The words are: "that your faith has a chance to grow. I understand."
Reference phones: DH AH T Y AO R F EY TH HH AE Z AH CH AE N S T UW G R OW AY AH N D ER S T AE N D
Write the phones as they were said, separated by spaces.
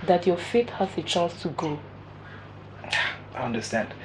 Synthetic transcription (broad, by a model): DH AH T Y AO F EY T HH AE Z AH CH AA N S T UW G OW AY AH N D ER S T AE N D